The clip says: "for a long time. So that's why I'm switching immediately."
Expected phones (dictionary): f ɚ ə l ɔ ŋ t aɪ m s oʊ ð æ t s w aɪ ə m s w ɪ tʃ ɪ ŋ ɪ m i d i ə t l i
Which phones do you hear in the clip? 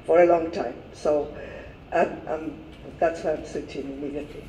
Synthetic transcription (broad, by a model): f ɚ ə l ɔ ŋ t aɪ m s oʊ ð æ t s w aɪ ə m s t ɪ ɪ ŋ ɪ m i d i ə t l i